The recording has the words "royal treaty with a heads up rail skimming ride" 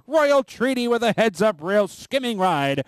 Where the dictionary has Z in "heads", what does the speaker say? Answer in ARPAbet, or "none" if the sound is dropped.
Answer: Z